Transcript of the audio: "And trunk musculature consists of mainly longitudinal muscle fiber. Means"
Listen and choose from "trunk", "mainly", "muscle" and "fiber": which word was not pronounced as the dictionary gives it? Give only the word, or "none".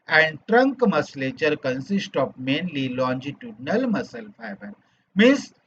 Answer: none